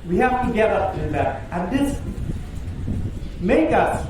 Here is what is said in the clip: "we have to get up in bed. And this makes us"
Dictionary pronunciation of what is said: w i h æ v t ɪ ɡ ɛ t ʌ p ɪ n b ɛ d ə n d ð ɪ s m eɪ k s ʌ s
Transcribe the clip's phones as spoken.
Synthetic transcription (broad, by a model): w i h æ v t ɪ ɡ ɛ t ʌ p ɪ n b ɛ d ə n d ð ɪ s m eɪ k ʌ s